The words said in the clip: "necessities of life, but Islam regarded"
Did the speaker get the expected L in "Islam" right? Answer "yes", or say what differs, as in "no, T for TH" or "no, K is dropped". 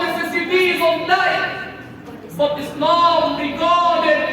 no, N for L